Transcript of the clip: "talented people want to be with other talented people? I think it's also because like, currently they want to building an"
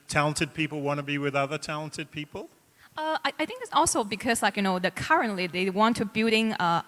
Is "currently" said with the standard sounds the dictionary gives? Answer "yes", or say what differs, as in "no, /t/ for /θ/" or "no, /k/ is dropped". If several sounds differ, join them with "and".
yes